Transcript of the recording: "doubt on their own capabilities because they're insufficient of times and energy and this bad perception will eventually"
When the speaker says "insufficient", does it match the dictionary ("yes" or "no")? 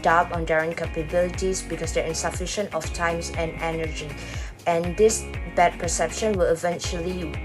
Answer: yes